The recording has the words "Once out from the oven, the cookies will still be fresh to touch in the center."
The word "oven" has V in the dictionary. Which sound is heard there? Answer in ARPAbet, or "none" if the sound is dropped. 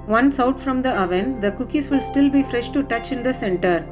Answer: V